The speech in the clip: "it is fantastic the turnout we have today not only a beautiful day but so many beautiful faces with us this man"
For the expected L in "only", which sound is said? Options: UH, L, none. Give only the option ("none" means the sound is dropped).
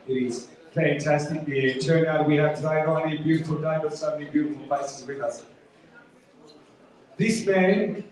none